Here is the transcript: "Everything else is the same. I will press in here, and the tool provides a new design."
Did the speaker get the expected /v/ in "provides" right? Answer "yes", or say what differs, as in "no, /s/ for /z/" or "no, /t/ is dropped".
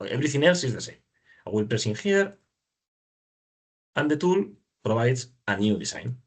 no, /b/ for /v/